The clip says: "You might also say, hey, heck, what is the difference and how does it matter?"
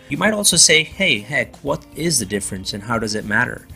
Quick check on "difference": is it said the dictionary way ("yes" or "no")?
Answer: yes